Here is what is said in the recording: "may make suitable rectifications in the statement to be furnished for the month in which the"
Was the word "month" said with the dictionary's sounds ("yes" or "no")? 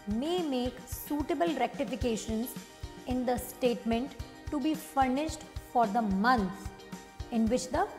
no